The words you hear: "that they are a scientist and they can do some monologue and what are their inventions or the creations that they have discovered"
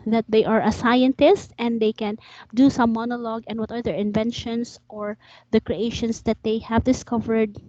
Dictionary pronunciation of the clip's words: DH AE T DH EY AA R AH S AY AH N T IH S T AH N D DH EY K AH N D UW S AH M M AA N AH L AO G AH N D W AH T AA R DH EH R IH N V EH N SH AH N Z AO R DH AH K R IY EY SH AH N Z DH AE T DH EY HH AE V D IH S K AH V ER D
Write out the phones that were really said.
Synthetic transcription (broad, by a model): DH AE T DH EY AA R AH S AY AH N T IH S T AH N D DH EY K AH N D UW S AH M M AA N AH L AO G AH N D W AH T AA R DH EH R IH N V EH N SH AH N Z AO R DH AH K R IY EY SH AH N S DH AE T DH EY HH AE V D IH S K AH V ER D